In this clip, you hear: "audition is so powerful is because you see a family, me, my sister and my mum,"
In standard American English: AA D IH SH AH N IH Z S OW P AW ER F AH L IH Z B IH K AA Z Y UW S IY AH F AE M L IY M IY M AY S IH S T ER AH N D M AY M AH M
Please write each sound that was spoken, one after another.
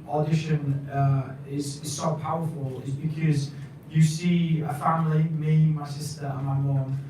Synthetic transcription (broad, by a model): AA D IH SH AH N IH Z S OW P AW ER F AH L IH Z B IH K AA Z Y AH S IY AH F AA M L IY M IY M AY S IH S T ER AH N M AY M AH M